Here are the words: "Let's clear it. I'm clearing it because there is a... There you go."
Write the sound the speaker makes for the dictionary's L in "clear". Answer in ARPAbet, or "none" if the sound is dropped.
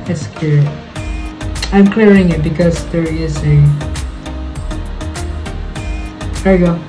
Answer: none